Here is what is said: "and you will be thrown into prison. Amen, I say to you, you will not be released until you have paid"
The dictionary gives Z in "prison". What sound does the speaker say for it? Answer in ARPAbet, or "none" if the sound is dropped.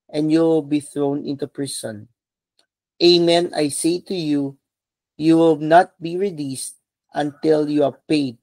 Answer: S